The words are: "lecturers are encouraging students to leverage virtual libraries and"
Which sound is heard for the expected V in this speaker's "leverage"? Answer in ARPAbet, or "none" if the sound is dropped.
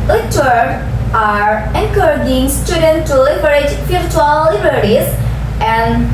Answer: B